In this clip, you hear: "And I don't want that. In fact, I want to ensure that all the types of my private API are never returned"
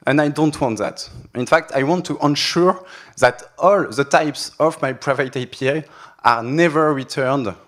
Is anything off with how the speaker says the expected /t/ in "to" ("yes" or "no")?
no